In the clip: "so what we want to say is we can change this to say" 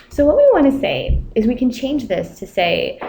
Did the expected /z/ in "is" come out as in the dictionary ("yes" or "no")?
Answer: yes